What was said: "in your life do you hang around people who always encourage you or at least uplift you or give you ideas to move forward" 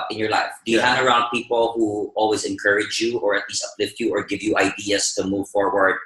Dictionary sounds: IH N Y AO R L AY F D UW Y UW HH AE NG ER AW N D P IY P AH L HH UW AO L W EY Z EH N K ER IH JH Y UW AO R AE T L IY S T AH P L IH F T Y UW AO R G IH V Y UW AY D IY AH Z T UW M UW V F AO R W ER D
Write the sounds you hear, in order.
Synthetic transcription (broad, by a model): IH N Y AO R L AY F D UW Y UW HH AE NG ER AW N D P IY P AH L HH UW AO L W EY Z EH N K ER IH JH Y UW AO R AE T L IY S T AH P L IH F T Y UW AO R G IH V Y UW AY D IY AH S T UW M UW V F AO R W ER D